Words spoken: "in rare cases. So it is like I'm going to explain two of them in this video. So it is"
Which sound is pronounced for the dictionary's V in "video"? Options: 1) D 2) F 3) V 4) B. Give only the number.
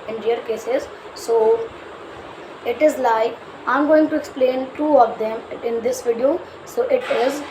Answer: 3